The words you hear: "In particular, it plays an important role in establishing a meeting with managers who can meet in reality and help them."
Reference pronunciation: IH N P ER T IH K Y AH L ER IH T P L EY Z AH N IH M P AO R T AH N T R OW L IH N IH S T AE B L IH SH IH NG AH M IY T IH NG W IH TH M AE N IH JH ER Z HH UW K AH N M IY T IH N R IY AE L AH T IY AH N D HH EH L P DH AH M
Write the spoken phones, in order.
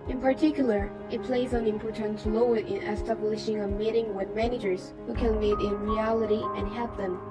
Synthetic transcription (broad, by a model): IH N P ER T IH K Y L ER IH T P L EY Z AH N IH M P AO R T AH N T L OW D IH N IH S T AE B L IH SH IH NG AH M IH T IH NG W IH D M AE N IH JH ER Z HH UW K AH N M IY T IH N R IY AE L AH T IY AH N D HH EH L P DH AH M